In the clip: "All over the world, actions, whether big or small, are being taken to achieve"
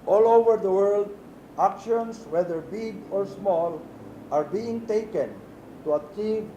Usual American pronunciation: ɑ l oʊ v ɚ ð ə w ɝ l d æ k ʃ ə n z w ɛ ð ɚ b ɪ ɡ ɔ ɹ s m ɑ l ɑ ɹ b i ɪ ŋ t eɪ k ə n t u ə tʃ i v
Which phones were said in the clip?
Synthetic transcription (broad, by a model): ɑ l oʊ v ɚ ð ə w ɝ l d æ k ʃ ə n s w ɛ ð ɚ b ɪ ɡ ɔ ɹ s m ɑ l ɑ ɹ b i ɪ ŋ t eɪ k ə n t u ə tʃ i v